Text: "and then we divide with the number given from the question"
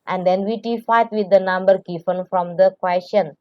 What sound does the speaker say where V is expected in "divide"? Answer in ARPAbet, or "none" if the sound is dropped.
F